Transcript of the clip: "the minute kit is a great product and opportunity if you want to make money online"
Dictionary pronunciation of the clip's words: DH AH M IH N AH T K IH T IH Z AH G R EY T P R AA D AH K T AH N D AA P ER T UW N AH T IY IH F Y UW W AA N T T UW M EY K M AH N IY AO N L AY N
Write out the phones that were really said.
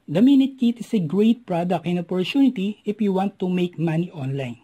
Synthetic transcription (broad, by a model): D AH M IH N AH T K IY T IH S AH G R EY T P R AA D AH K AH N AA P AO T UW N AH T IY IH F Y UW W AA N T T UW M EY K M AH N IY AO N L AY N